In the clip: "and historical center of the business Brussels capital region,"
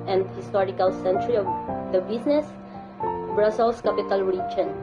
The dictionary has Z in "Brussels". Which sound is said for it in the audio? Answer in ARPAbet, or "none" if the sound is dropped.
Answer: S